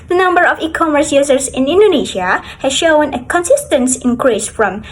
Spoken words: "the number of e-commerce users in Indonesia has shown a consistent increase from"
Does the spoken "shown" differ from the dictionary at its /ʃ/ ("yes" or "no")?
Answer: no